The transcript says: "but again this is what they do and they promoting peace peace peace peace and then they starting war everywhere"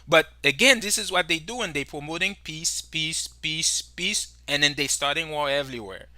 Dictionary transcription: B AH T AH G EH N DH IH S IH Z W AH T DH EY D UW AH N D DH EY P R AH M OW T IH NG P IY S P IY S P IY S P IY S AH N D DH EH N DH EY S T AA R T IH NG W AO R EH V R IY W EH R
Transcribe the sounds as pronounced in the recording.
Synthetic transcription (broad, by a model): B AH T AH G EH N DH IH S IH Z W AH T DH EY D UW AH N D DH EY P R AH M OW T IH NG P IY S P IY S IY S P IY S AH N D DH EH N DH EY S T AA R T IH NG W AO L EH V R IY W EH R